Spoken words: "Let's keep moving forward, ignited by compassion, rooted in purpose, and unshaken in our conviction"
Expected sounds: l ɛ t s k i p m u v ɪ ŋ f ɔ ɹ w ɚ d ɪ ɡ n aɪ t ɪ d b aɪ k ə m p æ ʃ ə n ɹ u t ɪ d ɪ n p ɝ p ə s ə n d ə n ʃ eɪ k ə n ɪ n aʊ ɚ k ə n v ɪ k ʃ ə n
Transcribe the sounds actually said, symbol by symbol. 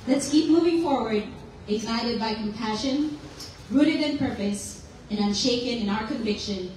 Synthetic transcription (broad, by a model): l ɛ t s k i p m u v ɪ ŋ f ɔ ɹ w ɚ d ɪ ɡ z aɪ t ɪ d b aɪ k ə m p æ ʃ ə n ɹ u t ɪ d ɪ n p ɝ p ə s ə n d ə n ʃ eɪ k ə n ɪ n aʊ ɚ k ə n v ɪ k ʃ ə n